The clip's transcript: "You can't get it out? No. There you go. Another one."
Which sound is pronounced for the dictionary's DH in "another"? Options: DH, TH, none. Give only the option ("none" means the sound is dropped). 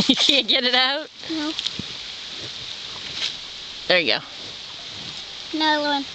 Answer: none